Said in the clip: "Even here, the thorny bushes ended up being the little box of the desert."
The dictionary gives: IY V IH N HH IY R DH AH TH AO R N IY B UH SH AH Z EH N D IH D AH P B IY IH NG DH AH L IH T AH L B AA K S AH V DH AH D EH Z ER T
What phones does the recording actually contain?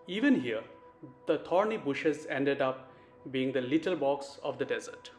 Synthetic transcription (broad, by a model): IY V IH N HH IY R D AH T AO R N IY B UH SH AH Z EH N D IH D AH P B IY IH NG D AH L IH T AH L B AA K S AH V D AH D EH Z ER T